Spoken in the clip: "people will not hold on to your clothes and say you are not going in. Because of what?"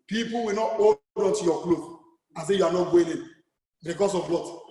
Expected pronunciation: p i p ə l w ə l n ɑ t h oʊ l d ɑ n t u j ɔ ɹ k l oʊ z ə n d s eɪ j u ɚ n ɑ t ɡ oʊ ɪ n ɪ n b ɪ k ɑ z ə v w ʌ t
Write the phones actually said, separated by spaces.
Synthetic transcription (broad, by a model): p i p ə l w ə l n ɑ t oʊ d ɑ n t u j ɔ k l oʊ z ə s eɪ j u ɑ n ɑ t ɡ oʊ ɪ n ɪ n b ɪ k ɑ s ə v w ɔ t